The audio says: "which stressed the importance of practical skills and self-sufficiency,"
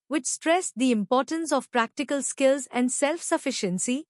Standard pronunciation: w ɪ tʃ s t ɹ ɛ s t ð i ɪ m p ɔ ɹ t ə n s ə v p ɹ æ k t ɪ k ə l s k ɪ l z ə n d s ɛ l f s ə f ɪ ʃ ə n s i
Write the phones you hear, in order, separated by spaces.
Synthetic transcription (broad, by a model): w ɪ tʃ s t ɹ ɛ s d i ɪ m p ɔ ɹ t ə n s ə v p ɹ æ k t ɪ k ə l s k ɪ l z ə n d s ɛ l f s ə f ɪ ʃ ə n s i